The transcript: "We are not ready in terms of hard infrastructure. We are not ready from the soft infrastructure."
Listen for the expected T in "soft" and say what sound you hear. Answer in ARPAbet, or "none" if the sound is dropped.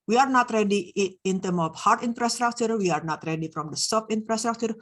none